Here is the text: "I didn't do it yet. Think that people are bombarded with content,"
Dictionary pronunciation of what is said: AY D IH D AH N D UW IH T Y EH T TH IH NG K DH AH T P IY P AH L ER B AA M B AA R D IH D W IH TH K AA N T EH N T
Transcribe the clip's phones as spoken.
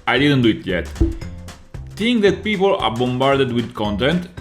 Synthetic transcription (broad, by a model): AY D IH D AH N D UW IH T Y EH T T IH NG K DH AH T P IY P AH L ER B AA M B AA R D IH D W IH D K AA N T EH N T